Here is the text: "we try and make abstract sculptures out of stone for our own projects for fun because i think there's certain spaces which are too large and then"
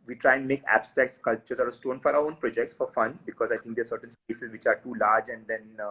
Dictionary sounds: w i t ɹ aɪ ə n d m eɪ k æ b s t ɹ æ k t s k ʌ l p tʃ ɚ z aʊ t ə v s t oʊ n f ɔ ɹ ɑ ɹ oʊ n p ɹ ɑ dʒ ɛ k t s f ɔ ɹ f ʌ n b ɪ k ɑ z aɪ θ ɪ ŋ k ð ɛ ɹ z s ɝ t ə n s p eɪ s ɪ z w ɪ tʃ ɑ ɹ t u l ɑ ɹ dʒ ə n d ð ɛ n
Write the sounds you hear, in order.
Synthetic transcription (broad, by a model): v i t ɹ aɪ ə n d m eɪ k æ b s t ɹ æ k t s k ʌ l tʃ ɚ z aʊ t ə s t oʊ n f ɔ ɹ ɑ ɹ oʊ n p ɹ ɑ dʒ ɛ k t s f ɔ ɹ f ʌ n b ɪ k ɑ z aɪ t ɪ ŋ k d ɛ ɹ s ɝ t ə n s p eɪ s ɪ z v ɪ tʃ ɑ ɹ t u l ɑ ɹ dʒ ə n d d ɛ n